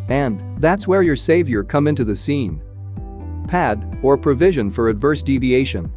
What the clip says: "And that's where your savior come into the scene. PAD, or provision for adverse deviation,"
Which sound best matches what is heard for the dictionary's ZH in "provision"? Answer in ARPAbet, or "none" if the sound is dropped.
ZH